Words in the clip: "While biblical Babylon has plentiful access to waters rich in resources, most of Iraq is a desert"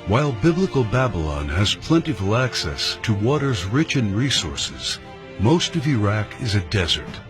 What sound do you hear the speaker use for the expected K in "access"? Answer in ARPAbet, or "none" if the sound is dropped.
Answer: K